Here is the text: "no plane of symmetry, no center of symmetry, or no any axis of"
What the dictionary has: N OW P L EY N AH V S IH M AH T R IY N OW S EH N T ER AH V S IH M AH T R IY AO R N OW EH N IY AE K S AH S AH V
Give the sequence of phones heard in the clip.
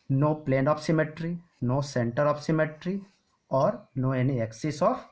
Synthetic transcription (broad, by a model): N OW P L EY N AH P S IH M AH T R IY N OW S EH N T ER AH P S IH M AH T R IY AO R N OW EH N IY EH K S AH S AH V